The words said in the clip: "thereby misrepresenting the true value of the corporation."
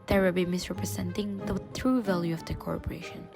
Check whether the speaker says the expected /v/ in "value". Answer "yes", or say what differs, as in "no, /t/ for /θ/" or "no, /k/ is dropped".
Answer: yes